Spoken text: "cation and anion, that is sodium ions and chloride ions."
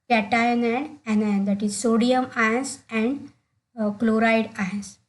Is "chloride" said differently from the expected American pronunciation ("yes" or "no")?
no